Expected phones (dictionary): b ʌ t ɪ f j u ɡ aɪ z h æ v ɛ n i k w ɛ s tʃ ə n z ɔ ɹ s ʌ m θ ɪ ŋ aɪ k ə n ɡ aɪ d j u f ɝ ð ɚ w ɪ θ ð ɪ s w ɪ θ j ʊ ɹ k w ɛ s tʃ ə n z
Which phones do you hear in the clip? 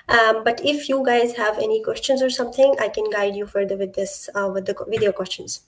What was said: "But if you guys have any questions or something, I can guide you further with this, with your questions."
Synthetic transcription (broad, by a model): b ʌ t ɪ f j u ɡ aɪ z h æ v ɛ n i k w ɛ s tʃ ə n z ɔ ɹ s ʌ m t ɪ ŋ aɪ k ə n ɡ aɪ d j u f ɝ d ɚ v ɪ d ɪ s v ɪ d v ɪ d k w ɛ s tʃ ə n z